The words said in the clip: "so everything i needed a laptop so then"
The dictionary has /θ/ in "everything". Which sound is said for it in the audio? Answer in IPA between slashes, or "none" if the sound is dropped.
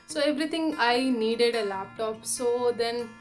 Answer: /t/